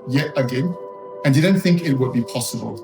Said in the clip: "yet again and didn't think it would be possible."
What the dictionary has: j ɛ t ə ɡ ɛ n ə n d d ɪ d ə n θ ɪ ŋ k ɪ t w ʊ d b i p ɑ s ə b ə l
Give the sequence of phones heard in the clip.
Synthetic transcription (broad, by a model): j ɛ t ə ɡ ɛ n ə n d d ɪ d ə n θ ɪ ŋ k ɪ t w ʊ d b i p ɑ s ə b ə l